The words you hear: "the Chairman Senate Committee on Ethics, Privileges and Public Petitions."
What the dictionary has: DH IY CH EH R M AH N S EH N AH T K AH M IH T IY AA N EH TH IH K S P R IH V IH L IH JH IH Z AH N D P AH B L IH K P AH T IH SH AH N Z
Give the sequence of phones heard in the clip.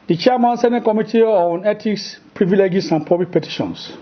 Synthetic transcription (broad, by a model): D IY CH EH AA M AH N S EH N AH T K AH M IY T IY AA N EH T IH K S P R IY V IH L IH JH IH S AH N P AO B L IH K P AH T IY SH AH N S